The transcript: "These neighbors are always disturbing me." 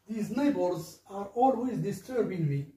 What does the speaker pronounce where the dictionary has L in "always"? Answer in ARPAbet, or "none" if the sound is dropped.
L